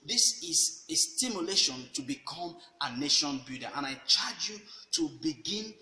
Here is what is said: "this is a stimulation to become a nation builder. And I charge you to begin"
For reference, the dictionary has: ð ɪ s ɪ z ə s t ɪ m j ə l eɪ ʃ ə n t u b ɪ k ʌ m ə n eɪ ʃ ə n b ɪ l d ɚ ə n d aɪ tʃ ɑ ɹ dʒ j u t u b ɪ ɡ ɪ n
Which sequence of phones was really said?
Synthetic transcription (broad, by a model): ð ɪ s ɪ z ə s t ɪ m j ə l eɪ ʃ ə n t u b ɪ k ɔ m ə n eɪ ʃ ə n b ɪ d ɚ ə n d aɪ tʃ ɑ dʒ j u t u b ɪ ɡ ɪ n